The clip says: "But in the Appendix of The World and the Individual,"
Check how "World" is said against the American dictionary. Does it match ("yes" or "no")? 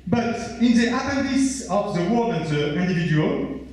no